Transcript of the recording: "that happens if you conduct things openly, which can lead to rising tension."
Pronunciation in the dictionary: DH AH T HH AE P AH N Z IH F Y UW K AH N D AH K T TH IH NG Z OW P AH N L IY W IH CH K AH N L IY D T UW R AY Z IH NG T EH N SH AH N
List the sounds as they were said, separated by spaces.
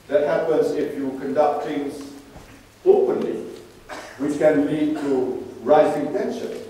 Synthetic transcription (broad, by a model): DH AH T HH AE P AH N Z IH F Y UW K AH N D AH K T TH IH NG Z OW P AH N L IY W IH CH K AH N L IY D T UW R AY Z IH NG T EH N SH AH N